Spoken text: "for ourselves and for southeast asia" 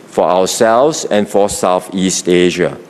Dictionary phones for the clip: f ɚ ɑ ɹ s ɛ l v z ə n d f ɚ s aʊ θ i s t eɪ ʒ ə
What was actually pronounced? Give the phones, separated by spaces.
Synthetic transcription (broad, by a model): f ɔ ɑ w s ɛ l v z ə n f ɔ s aʊ θ i s t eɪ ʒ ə